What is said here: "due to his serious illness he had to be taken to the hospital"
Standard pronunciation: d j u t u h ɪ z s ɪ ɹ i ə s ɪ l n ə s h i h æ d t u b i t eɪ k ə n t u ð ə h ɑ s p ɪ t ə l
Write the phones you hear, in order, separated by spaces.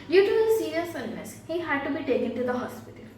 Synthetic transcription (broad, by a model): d j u t u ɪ s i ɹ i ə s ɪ n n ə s h i h æ d t u b i t eɪ k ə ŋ t u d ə h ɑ s p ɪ t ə l